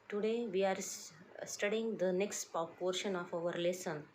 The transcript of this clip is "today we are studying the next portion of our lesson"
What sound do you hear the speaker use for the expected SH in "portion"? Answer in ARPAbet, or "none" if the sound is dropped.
SH